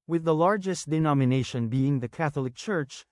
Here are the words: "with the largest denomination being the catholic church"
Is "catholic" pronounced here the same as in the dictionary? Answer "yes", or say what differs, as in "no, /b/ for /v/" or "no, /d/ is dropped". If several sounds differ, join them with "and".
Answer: yes